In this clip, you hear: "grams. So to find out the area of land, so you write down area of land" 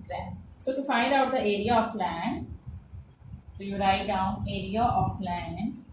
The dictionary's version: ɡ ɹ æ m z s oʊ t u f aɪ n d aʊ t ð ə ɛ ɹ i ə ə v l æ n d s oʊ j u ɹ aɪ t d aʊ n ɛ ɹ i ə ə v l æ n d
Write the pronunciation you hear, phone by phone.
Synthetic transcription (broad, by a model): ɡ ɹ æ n s oʊ t u f aɪ n d aʊ t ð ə ɛ ɹ i ə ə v l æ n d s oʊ j u ɹ aɪ t d aʊ n ɛ ɹ i ə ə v l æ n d